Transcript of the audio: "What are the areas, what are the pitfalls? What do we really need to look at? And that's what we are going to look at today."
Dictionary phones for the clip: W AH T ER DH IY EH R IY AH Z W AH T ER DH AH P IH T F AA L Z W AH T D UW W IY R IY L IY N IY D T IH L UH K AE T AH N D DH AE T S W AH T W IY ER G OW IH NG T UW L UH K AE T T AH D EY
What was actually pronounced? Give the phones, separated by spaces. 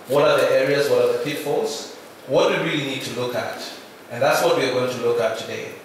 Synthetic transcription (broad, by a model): W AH T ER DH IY EH R IY AH Z W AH T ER DH AH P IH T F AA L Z W AH T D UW W IY R IY L IY N IY D T IH L UH K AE T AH N DH AE T S W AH T W IY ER G OW IH NG T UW L UH K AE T T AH D EY